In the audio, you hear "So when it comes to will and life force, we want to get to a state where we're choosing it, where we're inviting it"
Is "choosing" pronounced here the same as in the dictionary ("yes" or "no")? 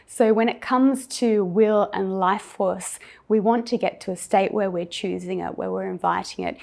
yes